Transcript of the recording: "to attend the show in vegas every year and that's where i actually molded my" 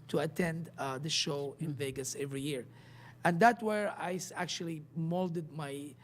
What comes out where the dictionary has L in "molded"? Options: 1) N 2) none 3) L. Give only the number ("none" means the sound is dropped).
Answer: 3